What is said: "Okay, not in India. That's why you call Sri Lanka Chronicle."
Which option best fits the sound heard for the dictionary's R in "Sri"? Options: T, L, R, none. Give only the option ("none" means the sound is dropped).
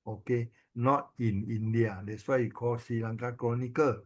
none